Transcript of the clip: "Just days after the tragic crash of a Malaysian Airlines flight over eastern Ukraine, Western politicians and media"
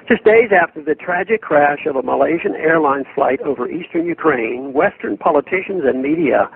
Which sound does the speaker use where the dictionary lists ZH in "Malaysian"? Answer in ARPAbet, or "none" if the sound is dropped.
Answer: ZH